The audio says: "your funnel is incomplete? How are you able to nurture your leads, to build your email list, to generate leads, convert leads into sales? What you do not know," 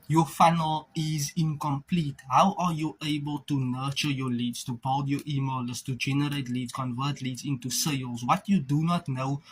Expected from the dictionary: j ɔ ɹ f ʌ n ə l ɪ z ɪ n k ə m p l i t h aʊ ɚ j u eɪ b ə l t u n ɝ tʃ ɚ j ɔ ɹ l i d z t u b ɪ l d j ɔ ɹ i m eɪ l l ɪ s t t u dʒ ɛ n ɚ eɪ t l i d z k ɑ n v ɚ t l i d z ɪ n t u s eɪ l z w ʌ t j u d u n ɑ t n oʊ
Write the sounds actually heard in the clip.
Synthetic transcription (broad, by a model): j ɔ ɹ f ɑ n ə l ɪ z ɪ n k ə m p l i t h aʊ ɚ j u eɪ b ə l t u n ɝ tʃ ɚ j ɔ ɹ l i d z t u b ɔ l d j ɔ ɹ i m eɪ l l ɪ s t t u dʒ ɛ n ɚ eɪ t l i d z k ɑ n v ɚ t l i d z ɪ n t u s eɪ l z w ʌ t j u d u n ɑ t n oʊ